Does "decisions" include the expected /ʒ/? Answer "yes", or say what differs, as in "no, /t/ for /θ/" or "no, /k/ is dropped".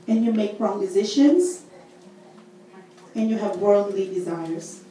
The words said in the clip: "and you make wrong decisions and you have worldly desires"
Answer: no, /ʃ/ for /ʒ/